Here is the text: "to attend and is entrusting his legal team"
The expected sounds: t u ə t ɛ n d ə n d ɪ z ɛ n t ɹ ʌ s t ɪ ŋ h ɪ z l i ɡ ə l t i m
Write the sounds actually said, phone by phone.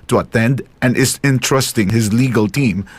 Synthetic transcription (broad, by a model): t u ə t ɛ n d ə n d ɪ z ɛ n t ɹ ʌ s t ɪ ŋ h ɪ z l i ɡ ə l t i m